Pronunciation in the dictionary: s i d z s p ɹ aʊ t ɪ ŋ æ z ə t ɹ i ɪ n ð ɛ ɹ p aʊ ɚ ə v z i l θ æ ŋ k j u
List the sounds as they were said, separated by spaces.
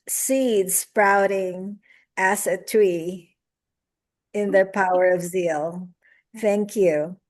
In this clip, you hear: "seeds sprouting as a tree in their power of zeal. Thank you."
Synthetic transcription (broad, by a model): s i d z s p ɹ aʊ t ɪ ŋ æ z ə t ɹ i ɪ n ð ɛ ɹ p aʊ ɚ ə v z i l θ æ ŋ k j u